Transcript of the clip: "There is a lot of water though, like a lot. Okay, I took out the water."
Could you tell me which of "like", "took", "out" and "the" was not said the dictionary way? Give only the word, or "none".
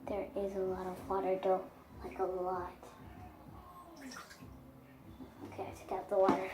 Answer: took